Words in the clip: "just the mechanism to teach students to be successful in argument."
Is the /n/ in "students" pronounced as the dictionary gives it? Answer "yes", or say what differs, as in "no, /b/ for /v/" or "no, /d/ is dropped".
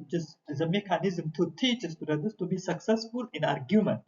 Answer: no, /n/ is dropped